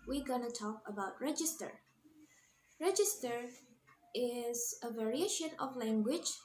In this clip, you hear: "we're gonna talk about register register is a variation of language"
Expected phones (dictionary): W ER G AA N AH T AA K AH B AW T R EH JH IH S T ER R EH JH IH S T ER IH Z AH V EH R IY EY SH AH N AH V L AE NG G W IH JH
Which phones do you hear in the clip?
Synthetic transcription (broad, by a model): W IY G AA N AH T AA K AH B AW T R EH JH IH S T ER R EH JH IH S T ER IH Z AH V EH R IY EY SH AH N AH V L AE NG G W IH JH